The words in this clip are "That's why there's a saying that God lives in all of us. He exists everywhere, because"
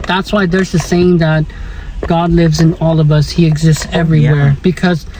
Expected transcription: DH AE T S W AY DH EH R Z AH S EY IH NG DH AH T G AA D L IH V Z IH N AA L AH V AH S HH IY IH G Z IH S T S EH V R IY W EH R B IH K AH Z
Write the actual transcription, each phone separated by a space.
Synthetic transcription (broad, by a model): DH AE T S W AY DH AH R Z AH S EY IH NG DH AH T G AA D L IH V Z IH N AA L AH V AH S HH IY IH G Z IH S T S EH V R IY W EH R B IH K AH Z